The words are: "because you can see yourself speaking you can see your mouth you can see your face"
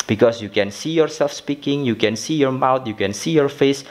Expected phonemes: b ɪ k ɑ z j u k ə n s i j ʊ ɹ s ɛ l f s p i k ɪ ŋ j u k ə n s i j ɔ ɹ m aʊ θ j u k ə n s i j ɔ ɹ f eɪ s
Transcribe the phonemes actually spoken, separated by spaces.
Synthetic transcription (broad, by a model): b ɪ k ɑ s j u k ə n s i j ʊ ɹ s ɛ l f s p i k ɪ ŋ j u k ə n s i j ɔ ɹ m aʊ t j u k ə n s i j ɔ ɹ f eɪ s